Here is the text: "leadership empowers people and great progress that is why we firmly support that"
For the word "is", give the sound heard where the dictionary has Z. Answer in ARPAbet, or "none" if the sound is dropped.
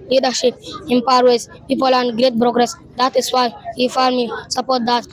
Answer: S